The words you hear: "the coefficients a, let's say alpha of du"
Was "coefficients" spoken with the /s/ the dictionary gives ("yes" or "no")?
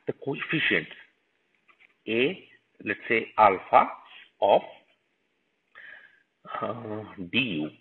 no